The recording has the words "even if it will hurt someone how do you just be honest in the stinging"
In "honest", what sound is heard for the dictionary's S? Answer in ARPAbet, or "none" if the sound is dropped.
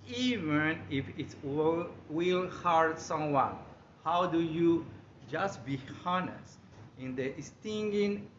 S